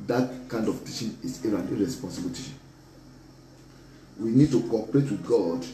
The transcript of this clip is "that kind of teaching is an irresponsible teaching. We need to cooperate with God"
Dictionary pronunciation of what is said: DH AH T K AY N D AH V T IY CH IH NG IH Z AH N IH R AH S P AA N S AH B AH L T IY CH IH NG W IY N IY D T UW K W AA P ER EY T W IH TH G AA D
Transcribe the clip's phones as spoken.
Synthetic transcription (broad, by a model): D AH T K AY N D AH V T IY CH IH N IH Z AH N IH R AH S P AA N S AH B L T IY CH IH W IY N IY D T UW K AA P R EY T W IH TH G AA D